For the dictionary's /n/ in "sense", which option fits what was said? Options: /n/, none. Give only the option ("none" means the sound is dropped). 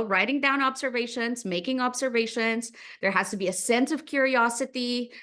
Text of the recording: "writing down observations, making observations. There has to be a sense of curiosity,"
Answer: /n/